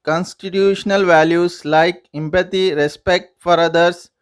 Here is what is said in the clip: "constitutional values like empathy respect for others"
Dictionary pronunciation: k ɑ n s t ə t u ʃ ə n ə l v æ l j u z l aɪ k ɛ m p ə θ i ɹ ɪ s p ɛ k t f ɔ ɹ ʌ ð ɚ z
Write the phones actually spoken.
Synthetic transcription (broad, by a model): k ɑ n s t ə t u ʃ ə n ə l v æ l j u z l aɪ k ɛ m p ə t i ɹ ɪ s p ɛ k t f ɔ ɹ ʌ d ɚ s